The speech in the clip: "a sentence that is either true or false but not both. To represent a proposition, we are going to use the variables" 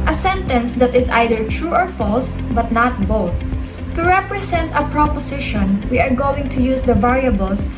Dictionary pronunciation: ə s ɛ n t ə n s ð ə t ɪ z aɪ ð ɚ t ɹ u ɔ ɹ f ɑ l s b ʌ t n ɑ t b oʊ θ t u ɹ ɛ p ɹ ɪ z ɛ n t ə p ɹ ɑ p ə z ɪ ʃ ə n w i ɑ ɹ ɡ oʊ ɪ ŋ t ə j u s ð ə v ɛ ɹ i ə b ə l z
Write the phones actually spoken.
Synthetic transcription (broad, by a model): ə s ɛ n t ə n s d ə t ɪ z aɪ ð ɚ t ɹ u ɔ ɹ f ɑ l s b ʌ t n ɑ t b oʊ θ t u ɹ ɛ p ɹ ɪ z ɛ n t ə p ɹ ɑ p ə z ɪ ʃ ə n w i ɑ ɹ ɡ oʊ ɪ ŋ t ə j u s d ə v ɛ ɹ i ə b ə l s